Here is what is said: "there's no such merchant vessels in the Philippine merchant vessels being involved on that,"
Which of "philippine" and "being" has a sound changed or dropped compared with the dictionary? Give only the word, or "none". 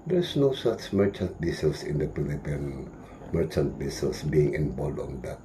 philippine